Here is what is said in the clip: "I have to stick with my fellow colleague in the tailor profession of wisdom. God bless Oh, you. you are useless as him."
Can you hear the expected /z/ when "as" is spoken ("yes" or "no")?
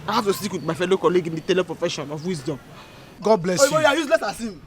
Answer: no